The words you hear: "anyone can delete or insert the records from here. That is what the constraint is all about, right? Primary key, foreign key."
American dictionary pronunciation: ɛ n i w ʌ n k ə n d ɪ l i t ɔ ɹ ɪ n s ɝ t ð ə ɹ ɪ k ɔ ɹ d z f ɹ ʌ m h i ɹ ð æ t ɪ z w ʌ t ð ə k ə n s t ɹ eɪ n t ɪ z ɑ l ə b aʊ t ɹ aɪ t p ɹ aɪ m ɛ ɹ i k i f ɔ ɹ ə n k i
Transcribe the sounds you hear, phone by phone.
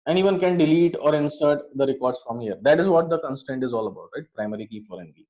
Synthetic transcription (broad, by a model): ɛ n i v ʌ n k ə n d ɪ l i t ɔ ɹ ɪ n s ɝ t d ə ɹ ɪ k ɔ ɹ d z f ɹ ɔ m h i ɹ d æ t ɪ z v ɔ t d ə k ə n s t eɪ n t ɪ z ɑ l ə b aʊ t ɹ aɪ t p ɹ aɪ m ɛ ɹ i k i f ɔ ɹ ə n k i